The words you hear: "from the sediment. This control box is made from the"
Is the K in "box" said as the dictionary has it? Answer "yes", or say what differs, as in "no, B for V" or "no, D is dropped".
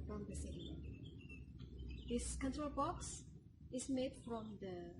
yes